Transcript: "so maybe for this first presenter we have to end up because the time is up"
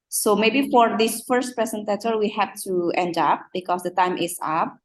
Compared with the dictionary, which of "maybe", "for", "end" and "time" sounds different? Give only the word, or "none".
none